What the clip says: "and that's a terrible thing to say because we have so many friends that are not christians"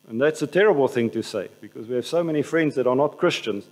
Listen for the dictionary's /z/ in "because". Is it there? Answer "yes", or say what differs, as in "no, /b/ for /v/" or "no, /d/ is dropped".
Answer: yes